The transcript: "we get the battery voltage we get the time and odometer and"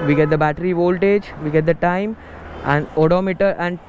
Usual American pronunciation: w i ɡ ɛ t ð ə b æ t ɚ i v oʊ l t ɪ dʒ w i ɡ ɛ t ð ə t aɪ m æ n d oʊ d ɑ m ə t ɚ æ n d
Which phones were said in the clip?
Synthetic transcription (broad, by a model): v i ɡ ɛ t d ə b æ t ɚ i v oʊ l t ɪ dʒ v i ɡ ɛ t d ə t aɪ m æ n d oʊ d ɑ m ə t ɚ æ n d